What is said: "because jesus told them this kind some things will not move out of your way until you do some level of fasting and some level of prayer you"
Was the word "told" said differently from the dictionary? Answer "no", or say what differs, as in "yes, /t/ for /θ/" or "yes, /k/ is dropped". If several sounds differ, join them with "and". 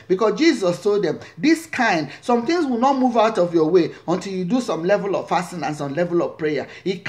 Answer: no